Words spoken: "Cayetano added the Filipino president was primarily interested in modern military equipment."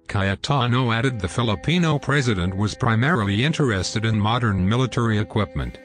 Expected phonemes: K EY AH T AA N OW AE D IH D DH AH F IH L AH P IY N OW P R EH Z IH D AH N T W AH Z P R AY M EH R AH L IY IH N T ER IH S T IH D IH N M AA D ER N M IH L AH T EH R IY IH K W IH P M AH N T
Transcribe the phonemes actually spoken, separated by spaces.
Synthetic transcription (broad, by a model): K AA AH T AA N OW AE D IH D DH AH F IH L AH P IY N OW P R EH Z IH D AH N T W AH Z P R AY M EH R L IY IH N T ER IH S T IH D IH N M AA D ER N M IH L AH T EH R IY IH K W IH P M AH N T